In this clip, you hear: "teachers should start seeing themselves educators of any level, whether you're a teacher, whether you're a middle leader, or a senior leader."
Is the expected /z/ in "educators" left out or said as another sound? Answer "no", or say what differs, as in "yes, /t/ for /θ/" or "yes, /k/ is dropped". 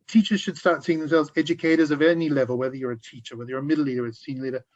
no